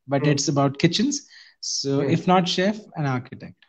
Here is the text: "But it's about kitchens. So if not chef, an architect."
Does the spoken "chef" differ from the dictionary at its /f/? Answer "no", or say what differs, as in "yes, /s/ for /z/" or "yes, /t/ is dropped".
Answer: no